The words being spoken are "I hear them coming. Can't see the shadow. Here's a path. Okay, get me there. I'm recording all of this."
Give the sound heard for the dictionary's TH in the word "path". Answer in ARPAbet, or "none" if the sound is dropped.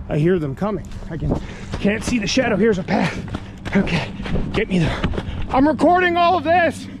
TH